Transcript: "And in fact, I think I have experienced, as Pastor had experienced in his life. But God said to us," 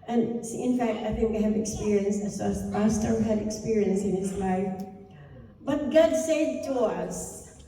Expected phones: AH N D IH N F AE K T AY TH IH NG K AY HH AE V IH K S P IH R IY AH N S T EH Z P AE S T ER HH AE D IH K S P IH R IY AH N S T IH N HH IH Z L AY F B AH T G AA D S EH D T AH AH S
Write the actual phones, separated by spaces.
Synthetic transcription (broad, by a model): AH N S IH N F AE K T AY TH IH NG K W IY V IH K S P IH R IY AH N S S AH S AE S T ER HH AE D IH K S P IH R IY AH N S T IH N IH S L AY F B AH T G AA D S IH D T AH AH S